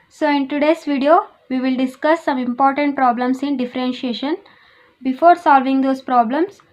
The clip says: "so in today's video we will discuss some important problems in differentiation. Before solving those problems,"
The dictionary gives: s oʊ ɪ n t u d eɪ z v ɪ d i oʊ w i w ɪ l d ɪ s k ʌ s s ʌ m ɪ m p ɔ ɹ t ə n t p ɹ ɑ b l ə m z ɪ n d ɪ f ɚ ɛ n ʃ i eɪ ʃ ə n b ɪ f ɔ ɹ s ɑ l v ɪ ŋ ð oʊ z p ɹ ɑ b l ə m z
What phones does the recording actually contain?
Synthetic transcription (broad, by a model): s oʊ ɪ n t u d eɪ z v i d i oʊ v i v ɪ l d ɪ s k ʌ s s ʌ m ɪ m p ɔ ɹ t ə n t p ɹ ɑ b l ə m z ɪ n d ɪ f ɚ ɛ n ʃ i eɪ ʃ ə n b ɪ f ɔ ɹ s ɑ l v ɪ ŋ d oʊ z p ɹ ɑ b l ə m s